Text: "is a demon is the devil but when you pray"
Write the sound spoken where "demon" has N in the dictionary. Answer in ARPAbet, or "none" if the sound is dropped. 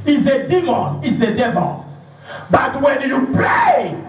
N